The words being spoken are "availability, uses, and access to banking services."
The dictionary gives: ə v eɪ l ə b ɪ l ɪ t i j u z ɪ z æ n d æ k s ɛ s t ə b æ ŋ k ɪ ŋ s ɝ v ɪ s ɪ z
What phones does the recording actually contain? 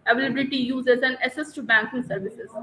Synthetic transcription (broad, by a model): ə v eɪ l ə b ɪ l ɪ t i j u z ɪ z æ n d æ s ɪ s t b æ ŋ k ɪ ŋ s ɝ v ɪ s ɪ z